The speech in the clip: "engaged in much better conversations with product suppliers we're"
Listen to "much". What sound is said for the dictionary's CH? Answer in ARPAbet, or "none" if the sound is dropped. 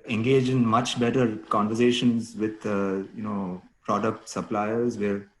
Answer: CH